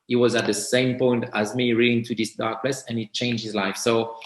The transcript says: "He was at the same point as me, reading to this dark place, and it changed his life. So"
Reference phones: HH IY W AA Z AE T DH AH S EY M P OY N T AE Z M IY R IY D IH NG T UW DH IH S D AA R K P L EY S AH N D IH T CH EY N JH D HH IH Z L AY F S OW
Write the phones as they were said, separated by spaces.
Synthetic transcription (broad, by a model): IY W AA Z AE T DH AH S EY M P OY N T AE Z M IY R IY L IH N T UW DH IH S D AA R K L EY S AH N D IH T CH EY N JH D HH IH Z L AY F S OW